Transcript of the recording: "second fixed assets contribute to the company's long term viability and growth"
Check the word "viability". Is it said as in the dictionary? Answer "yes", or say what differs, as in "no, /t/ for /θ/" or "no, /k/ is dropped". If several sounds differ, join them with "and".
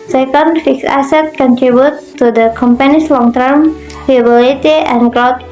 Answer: no, /f/ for /v/